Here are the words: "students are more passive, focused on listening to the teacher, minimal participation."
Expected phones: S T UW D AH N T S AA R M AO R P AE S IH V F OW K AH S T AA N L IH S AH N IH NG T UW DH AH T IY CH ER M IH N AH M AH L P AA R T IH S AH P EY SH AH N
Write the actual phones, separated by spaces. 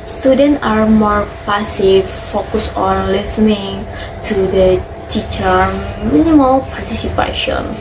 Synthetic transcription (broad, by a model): S T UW D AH N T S AA R M AO R P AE S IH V F OW K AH S AA N L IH S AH N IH NG T UW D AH T IY CH ER M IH N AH M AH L P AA R T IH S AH P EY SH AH N